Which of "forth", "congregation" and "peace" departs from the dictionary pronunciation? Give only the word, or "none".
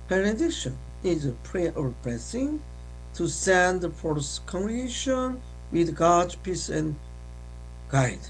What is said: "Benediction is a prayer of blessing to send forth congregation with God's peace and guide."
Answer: forth